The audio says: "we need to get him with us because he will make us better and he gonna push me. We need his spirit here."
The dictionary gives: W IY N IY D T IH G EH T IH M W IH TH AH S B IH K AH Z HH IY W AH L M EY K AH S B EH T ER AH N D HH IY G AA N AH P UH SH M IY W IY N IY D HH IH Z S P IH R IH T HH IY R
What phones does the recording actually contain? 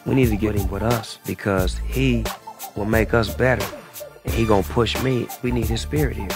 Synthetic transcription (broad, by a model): W IY N IY D T IH G EH T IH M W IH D AH S B IH K AH Z HH IY W AH L M EY K AH S B EH T ER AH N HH IY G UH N P UH SH M IY W IY N IY D HH IH Z S P IH R IH T HH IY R